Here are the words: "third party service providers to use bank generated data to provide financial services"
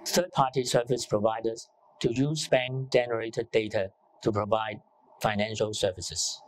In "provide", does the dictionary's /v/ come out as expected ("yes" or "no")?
yes